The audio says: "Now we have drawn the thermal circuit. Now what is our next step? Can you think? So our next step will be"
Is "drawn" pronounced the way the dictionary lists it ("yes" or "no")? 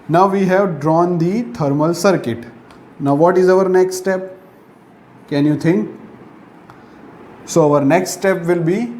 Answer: yes